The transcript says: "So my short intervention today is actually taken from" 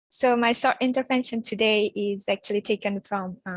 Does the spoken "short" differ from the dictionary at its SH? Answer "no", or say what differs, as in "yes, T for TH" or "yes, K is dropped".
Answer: yes, S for SH